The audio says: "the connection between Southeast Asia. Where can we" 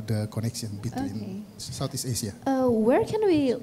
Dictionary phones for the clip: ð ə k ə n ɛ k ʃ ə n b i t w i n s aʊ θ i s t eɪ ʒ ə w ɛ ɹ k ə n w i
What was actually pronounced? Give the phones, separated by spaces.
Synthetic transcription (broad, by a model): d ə k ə n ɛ k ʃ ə n b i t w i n s aʊ t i s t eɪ ʃ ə w ɛ ɹ k ə n w i